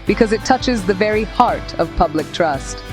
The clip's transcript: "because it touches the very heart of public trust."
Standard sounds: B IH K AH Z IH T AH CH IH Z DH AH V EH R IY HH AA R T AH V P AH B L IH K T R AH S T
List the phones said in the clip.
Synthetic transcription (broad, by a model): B IH K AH Z IH T AH CH IH Z DH AH V EH R IY HH AA R T AH V P AH B L IH K T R AH S T